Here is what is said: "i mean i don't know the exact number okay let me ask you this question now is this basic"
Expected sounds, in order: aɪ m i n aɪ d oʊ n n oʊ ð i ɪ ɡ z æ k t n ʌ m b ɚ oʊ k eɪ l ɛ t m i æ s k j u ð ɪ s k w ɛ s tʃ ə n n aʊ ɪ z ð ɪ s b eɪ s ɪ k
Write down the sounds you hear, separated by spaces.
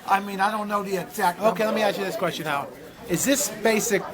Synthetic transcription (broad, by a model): aɪ m i n aɪ d oʊ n n oʊ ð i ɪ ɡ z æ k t oʊ k eɪ l ɛ t m i æ s k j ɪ ð ɪ s k w ɛ s tʃ ə n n aʊ ɪ z ð ɪ s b eɪ s ɪ k